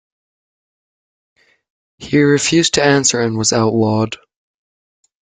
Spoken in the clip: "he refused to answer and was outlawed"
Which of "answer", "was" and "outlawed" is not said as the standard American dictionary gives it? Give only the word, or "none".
outlawed